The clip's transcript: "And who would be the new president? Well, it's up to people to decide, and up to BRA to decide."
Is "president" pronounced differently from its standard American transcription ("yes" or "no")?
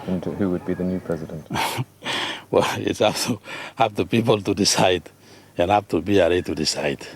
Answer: no